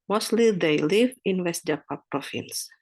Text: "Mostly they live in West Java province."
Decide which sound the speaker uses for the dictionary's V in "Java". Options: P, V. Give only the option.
P